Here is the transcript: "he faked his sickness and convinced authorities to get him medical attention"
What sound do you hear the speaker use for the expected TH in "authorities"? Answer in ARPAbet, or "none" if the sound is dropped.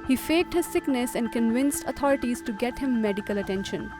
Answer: T